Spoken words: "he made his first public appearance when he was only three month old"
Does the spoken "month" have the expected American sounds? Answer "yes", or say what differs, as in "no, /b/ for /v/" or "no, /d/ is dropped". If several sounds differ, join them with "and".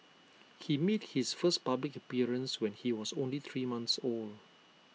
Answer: no, /s/ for /θ/